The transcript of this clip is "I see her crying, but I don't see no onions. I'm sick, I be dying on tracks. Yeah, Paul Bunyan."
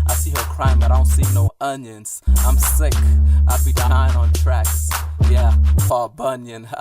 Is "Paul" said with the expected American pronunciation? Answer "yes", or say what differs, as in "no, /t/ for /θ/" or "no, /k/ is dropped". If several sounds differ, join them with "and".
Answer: no, /f/ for /p/